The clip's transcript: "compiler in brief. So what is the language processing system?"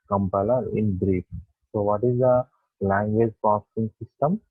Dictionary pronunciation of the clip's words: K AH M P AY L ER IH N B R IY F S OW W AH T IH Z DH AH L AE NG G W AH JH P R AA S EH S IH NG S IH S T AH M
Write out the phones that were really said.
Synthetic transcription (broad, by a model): K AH M P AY L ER IH N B R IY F S OW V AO T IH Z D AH L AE NG G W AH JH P AA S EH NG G S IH S T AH M